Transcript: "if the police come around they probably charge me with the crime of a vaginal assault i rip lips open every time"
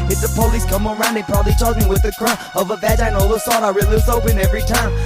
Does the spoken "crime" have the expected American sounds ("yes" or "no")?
no